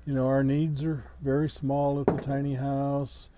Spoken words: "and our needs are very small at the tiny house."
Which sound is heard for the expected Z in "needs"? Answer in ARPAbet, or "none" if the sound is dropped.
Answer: Z